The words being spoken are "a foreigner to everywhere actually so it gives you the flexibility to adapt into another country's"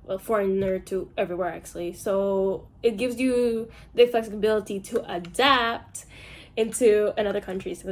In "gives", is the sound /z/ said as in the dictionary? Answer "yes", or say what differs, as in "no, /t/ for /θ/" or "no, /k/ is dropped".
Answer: yes